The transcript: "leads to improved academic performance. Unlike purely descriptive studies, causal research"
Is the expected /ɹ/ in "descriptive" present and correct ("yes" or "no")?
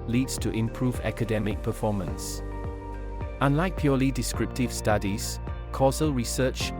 yes